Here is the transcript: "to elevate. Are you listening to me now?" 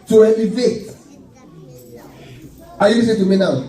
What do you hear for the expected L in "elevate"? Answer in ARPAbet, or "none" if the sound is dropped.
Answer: N